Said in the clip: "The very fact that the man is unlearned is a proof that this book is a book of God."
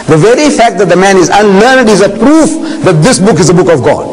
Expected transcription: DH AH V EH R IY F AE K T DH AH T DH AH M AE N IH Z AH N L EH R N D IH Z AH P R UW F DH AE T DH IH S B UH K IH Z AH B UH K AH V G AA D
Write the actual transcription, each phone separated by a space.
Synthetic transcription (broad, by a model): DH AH V EH R IY F AE K T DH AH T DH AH M AE N IH Z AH N L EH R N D IH Z AH P R UW F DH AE T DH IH S B UH K IH Z AH B UH K AH V G AA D